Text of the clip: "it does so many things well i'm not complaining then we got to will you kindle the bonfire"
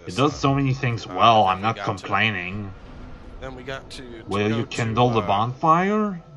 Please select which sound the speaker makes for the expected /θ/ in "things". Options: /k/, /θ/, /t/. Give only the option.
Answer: /θ/